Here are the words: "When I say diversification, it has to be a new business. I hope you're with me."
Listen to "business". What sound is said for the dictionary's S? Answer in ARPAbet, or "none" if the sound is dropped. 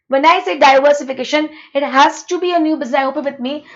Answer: none